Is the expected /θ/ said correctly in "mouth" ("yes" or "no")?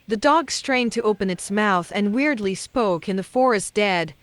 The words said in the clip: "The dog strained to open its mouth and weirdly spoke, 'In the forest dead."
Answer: yes